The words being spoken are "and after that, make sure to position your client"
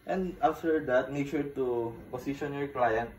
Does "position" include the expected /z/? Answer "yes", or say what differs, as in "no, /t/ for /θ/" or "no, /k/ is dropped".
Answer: no, /s/ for /z/